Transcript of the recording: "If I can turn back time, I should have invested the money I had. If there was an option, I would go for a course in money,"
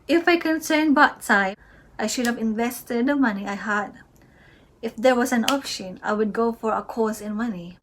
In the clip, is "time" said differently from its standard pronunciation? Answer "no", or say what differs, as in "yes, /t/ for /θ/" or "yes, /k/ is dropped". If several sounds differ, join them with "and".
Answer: yes, /m/ is dropped